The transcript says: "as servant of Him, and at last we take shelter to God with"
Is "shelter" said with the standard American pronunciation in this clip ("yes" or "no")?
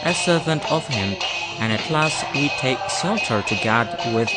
no